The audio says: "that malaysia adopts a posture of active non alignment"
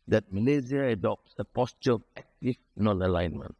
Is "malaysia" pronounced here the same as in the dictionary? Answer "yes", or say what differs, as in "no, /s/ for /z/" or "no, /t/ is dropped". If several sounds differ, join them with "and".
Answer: no, /z/ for /ʒ/